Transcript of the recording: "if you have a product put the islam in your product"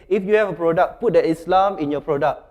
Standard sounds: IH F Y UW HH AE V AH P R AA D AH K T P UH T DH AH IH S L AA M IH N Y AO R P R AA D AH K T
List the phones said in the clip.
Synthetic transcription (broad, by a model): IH F Y UW HH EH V AH P R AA D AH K P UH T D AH IH S L AA M IH N Y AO P R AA D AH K